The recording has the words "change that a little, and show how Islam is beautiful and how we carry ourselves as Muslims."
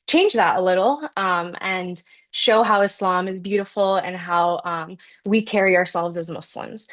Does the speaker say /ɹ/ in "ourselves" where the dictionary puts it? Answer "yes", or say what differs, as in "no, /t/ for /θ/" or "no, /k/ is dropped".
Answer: yes